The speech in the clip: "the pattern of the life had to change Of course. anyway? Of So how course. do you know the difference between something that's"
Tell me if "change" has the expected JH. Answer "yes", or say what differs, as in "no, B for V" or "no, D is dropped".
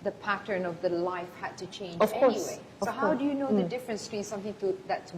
no, JH is dropped